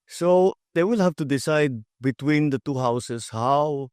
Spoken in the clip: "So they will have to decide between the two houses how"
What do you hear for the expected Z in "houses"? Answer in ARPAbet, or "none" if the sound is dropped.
S